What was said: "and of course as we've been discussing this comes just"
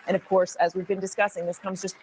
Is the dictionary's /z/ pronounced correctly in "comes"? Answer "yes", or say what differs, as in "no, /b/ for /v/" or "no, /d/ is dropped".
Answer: yes